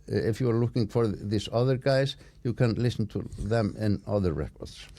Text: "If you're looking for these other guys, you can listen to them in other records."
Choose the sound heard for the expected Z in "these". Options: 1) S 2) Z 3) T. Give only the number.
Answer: 1